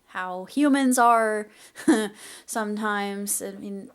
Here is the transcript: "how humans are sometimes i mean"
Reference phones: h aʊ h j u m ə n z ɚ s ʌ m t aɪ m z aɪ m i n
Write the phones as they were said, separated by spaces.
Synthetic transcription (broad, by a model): h aʊ h j u m ə n z ɚ s ʌ m t aɪ m z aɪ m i n